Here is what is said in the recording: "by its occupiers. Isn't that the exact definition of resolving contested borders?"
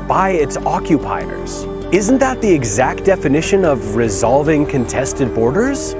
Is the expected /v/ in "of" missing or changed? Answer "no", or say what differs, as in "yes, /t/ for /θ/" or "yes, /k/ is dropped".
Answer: no